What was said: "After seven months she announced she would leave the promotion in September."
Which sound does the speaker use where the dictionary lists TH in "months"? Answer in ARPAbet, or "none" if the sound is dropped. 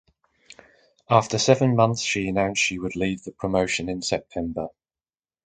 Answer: TH